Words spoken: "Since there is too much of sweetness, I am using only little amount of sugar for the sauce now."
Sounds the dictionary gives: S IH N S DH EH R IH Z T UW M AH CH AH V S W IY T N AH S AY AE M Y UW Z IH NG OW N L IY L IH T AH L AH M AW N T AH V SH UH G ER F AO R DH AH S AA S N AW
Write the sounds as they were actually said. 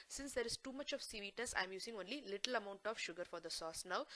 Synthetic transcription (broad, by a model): S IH N S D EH R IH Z T UW M AH CH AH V S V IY T AH S AY M Y UW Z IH NG OW N L IY L IH T AH L AH M AW N T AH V SH UH G ER F AO R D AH S AA S N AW